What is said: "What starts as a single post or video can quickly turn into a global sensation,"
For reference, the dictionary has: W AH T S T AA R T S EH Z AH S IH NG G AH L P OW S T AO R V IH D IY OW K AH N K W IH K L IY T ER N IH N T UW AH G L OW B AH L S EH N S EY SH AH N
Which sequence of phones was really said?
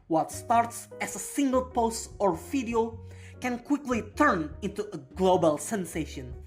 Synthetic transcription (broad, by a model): W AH T S T AA R T S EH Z AH S IH NG G AH L P OW S T AO R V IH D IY OW K AH N K W IH K L IY T ER N IH N T UW AH G L OW B AH L S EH N S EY SH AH N